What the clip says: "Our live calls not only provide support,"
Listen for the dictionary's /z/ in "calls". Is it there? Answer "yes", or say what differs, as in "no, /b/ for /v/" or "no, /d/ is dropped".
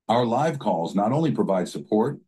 yes